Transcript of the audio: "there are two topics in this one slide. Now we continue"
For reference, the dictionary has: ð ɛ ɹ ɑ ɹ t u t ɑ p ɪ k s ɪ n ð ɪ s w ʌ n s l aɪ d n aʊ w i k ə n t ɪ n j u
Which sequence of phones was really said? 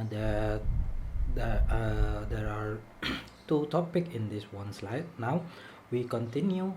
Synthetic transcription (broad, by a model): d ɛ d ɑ ɹ t u t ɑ p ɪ k ɪ n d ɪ s w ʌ n s l aɪ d n aʊ w i k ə n t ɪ n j u